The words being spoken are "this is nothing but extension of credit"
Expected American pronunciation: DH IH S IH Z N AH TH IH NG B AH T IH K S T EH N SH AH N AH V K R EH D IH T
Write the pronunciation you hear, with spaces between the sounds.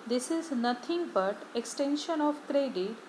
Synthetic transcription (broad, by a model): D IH S IH Z N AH T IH NG B AH T IH K S T EH N SH AH N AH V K R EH D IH T